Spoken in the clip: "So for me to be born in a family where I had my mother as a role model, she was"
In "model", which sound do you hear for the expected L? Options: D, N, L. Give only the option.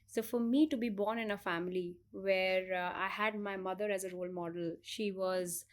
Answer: L